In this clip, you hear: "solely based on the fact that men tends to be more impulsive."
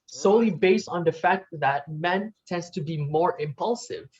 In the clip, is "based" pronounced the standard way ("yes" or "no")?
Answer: yes